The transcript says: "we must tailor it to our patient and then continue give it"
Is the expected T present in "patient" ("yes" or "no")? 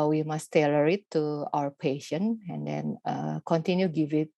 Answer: no